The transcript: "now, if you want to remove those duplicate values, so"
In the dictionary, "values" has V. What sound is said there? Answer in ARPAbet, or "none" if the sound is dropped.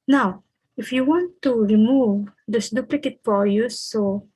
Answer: F